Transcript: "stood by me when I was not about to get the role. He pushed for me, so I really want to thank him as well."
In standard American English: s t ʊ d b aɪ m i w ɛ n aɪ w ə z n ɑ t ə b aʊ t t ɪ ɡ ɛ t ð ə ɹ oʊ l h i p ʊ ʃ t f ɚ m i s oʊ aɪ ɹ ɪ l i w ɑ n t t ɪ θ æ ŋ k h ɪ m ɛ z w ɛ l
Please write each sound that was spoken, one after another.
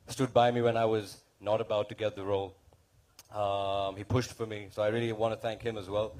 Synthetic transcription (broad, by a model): s t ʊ d b aɪ m i w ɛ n aɪ w ə z n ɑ t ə b aʊ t t ɪ ɡ ɛ t ð ə ɹ oʊ l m i p ʊ ʃ t f ɚ m i s oʊ aɪ ɹ ɪ l i w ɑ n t t ɪ θ æ ŋ k h ɪ m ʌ z w ɛ l